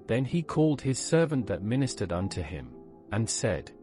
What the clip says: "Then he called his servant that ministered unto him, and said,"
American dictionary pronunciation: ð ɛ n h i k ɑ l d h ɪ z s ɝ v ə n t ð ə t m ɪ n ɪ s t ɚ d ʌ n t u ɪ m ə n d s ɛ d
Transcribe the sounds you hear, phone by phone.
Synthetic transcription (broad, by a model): ð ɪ n i k ɑ l d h ɪ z s ɝ v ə n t ð ə t m ɪ n ɪ s t ɚ d ʌ n t u ɪ m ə n s ɛ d